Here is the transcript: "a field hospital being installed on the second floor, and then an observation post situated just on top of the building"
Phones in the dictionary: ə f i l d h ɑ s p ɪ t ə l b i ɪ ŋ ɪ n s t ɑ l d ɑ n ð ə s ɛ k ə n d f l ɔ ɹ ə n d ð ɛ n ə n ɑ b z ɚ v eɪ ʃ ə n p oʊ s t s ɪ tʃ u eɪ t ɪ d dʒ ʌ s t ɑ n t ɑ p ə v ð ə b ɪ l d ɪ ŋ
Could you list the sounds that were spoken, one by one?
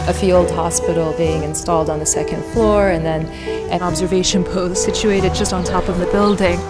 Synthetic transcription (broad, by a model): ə f i l d h ɑ s p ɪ t l b i ɪ ŋ ɪ n s t ɑ l d n ð ə s ɛ k ə n d f l ɔ ɹ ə n ð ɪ n ə n ɑ b z ɚ v eɪ ʃ ə n p oʊ s t s ɪ tʃ u eɪ t ɪ d dʒ ʌ s t n t ɑ p ə v ð ə b ɪ l d ɪ ŋ